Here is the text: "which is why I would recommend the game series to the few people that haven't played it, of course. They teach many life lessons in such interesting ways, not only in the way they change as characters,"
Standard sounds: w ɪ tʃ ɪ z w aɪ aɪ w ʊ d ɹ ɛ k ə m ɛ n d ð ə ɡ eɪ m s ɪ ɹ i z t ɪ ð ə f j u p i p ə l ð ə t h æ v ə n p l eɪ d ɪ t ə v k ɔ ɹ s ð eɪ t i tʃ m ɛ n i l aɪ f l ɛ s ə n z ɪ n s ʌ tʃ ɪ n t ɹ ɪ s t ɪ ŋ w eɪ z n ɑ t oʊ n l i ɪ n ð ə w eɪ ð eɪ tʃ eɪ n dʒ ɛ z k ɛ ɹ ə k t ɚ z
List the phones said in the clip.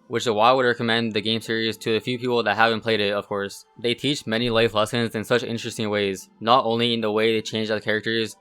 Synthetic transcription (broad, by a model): w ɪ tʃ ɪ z w aɪ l w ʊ d ɹ ɛ k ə m ɛ n ð ə ɡ eɪ m s ɪ ɹ i z t ɪ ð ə f j u p i p l ð ə t h æ v ə n p l eɪ d ɪ t ə v k ɔ ɹ s ð eɪ t i tʃ m ɛ n i l aɪ f l ɛ s ə n z ɪ n s ʌ tʃ ɪ n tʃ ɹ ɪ s t ɪ ŋ w eɪ z n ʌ t oʊ n l i ɪ n ð ə w eɪ ð eɪ tʃ eɪ n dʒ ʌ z k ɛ ɹ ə k t ɚ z